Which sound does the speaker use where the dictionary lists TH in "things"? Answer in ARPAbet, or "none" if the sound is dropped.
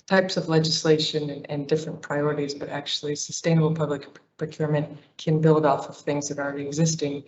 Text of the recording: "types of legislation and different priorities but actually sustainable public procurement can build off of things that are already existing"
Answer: TH